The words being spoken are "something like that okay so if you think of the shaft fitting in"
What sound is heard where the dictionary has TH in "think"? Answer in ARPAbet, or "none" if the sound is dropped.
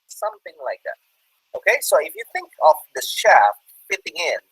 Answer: TH